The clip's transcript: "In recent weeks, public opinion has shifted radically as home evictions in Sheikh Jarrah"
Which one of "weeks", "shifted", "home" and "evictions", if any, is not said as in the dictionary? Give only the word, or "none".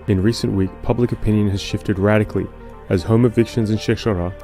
weeks